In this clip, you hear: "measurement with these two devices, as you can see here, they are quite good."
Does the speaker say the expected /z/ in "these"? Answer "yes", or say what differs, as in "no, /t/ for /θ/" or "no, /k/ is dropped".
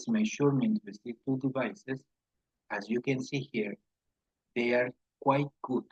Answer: no, /z/ is dropped